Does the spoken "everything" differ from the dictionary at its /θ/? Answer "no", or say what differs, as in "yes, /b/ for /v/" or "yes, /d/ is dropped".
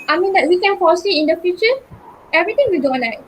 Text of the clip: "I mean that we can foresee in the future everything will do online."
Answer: yes, /t/ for /θ/